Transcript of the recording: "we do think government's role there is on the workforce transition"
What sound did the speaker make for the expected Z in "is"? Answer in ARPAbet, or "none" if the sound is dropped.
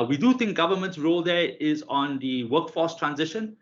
Z